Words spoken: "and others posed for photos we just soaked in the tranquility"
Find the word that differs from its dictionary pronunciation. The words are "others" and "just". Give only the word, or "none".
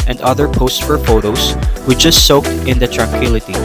others